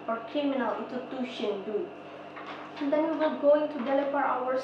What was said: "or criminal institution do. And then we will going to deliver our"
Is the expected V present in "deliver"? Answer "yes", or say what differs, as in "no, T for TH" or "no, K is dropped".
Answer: no, P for V